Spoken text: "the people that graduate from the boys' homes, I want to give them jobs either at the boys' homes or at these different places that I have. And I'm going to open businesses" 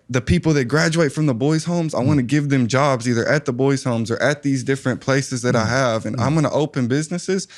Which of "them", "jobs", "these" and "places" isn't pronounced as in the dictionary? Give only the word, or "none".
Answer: none